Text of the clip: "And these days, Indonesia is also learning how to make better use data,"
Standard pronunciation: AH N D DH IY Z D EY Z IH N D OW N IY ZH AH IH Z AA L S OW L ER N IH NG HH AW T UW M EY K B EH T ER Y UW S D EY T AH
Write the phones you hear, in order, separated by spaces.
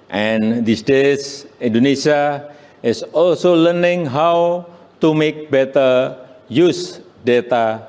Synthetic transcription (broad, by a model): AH N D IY S D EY S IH N D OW N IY S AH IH S AA L S OW L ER N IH NG HH AW T UW M EY K B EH T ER Y UW S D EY T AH